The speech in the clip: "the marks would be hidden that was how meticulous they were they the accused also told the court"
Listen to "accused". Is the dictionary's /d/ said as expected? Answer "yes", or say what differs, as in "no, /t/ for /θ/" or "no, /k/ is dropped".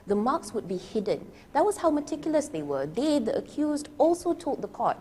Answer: yes